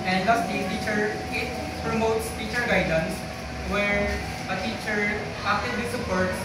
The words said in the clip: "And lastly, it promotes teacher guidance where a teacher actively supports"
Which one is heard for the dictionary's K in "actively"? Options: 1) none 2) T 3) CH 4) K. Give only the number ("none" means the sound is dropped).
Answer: 1